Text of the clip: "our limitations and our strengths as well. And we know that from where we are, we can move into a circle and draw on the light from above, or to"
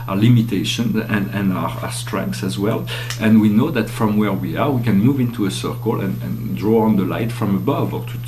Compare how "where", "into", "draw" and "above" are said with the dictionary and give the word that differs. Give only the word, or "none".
none